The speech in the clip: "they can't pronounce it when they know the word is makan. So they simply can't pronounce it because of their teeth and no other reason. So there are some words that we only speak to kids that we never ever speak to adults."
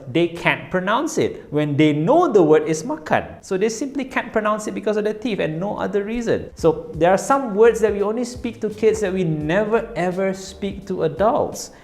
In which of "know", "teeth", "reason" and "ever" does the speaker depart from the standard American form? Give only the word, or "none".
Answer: teeth